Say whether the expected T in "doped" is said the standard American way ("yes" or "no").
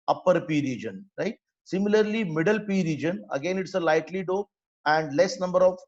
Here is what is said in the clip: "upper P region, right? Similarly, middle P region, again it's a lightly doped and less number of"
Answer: no